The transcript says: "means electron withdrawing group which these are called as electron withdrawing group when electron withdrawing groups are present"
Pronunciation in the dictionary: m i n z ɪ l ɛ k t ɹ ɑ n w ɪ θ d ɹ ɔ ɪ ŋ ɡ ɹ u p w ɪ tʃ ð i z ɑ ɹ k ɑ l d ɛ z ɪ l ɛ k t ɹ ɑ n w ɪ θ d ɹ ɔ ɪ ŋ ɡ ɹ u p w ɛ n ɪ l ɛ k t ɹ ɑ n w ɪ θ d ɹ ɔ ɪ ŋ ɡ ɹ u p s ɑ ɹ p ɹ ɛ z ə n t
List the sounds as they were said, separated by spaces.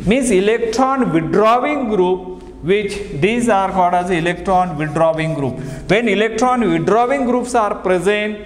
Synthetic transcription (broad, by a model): m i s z ɪ l ɛ k t ɹ ɑ n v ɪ d ɹ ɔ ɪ ŋ ɡ ɹ u p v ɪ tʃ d i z ɑ ɹ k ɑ d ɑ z ɪ l ɛ k t ɹ ɑ n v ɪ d ɹ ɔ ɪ ŋ ɡ ɹ u p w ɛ n ɪ l ɛ k t ɹ ɑ n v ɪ d ɹ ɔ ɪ ŋ ɡ ɹ u p s ɑ ɹ p ɹ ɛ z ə n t